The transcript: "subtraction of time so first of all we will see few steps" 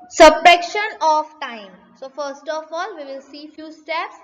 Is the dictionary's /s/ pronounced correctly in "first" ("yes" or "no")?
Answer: yes